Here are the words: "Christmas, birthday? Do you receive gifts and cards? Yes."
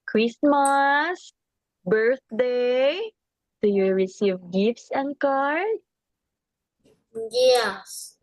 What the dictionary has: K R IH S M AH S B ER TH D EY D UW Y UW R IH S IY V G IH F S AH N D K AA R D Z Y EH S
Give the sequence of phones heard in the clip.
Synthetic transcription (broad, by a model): K R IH S M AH S B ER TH D EY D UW Y UW R IH S IY V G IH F S AH N D K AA R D Y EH S